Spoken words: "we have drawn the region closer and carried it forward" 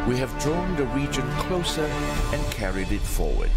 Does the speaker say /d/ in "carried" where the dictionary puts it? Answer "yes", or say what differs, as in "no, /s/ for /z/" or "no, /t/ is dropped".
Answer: yes